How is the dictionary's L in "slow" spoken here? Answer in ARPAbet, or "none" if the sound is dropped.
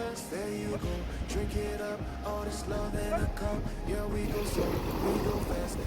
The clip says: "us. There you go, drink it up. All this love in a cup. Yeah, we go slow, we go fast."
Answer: none